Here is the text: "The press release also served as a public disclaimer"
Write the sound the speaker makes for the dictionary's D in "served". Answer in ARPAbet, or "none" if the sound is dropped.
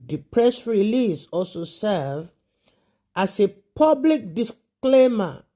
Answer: none